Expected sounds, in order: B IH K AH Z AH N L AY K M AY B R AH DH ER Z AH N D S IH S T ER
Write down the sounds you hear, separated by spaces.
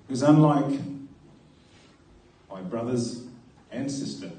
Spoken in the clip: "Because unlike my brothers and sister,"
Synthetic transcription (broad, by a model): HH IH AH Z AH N L AY K M AY B R AH DH ER Z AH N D S IH S T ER